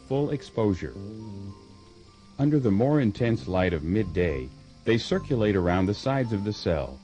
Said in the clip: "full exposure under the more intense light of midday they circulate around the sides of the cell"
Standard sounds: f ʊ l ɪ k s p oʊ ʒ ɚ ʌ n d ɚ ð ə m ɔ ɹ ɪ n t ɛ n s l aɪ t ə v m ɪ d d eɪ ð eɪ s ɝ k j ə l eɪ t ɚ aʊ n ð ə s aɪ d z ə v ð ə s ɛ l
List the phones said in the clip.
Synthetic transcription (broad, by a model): f ʊ l ɪ k s p oʊ ʒ ɚ ʌ n d ɚ ð ə m ɔ ɹ ɪ n t ɛ n s l aɪ t ə v m ɪ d d eɪ ð eɪ s ɝ k j ə l eɪ t ɚ aʊ n ð ə s aɪ d z ə v ð ə s ɛ l